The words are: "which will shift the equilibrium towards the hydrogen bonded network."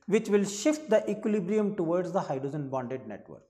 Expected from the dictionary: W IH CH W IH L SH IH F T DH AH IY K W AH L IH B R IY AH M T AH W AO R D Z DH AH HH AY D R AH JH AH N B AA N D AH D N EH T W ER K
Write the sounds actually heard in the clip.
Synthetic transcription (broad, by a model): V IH CH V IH L SH IH F T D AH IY K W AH L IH B R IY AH M T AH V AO R D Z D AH HH AY D R AH JH AH N B AA N D AH D N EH T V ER K